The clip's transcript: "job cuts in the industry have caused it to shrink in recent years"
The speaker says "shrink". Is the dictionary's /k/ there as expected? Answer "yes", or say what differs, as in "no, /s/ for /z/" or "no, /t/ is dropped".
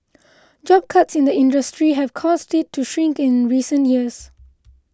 yes